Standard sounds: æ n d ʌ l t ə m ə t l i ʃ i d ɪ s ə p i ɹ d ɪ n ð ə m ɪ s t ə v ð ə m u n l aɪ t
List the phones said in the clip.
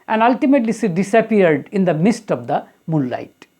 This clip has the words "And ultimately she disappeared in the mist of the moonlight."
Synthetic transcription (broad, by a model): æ n d ʌ l t ə m ə t l i s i d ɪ s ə p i ɹ d ɪ n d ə m ɪ s t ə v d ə m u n l aɪ t